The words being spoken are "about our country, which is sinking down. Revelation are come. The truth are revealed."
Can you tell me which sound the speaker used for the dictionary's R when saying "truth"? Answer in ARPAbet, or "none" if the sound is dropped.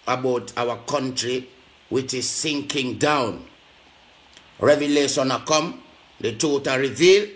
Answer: none